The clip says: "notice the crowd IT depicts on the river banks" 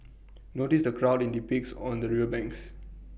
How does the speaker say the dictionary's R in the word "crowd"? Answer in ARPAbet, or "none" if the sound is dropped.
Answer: R